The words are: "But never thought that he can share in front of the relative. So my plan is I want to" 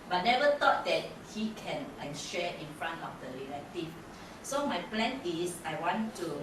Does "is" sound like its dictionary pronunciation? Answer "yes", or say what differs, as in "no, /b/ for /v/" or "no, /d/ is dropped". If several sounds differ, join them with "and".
no, /s/ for /z/